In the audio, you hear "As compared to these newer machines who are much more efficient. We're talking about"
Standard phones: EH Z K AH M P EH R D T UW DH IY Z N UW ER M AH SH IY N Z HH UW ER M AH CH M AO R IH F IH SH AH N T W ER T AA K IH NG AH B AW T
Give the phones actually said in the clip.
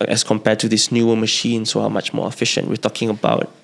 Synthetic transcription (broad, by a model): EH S K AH M P EH D T UW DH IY S N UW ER M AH SH IY N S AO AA M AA CH M AO R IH F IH SH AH N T W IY T AA K IH NG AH B AW T